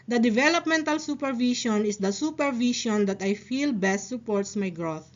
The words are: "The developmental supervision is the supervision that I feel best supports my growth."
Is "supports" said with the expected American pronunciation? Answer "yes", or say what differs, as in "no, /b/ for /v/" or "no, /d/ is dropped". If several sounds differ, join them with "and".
yes